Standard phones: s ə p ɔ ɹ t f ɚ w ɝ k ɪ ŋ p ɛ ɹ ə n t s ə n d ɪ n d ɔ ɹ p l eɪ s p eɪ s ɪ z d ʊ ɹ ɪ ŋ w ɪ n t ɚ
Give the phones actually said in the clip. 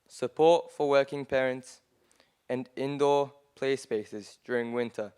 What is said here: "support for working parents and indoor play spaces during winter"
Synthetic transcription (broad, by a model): s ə p ɔ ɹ t f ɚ w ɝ k ɪ ŋ p ɛ ɹ ə n t s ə n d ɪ n d ɔ p l eɪ s p eɪ s ɪ z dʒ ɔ ɹ ɪ ŋ w ɪ n t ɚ